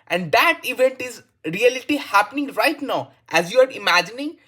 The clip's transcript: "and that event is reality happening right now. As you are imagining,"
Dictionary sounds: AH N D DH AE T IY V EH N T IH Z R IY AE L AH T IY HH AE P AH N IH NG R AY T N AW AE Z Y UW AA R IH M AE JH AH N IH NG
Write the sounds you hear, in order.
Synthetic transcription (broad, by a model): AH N D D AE T IY V EH N T IH Z R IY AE L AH T IY HH AE P AH N IH NG R AY T N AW AE Z Y UW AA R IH M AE JH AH N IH NG